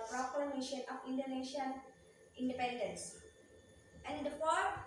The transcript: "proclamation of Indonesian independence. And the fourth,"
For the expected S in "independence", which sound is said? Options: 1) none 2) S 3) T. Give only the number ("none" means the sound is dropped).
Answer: 2